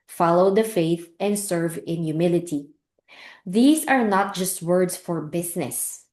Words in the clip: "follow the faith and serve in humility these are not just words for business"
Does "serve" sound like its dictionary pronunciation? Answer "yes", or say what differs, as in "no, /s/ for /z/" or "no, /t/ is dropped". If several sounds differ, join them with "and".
yes